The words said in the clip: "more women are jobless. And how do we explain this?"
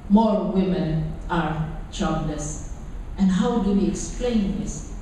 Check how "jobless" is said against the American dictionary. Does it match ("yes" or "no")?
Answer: no